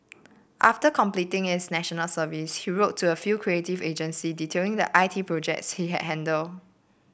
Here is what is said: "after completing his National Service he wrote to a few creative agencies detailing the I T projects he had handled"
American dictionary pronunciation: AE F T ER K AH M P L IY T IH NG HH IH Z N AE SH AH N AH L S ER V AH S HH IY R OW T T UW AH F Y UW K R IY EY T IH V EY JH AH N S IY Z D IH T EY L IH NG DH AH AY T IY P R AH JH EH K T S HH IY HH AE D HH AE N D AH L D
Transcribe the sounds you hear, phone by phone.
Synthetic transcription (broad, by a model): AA F T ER K AH M P L IY T IH NG HH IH S N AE SH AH N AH L S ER V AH S HH IY R OW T T UW AH F Y UW K R IY EY T IH V EY JH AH N S IY D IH T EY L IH NG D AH AY T IY P R AH JH EH K T S HH IY HH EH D HH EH N D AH L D